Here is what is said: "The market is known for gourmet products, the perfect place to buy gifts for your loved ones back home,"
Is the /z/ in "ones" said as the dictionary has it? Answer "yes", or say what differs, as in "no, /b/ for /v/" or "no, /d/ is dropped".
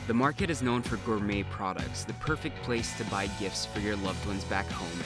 yes